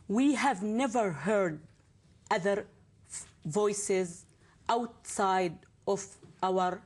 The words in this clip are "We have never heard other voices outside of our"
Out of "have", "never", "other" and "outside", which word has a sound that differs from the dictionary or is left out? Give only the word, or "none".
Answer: none